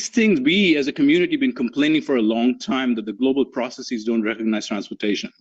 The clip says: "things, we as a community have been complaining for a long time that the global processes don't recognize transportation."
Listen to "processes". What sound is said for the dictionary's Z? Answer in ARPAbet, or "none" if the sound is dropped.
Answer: Z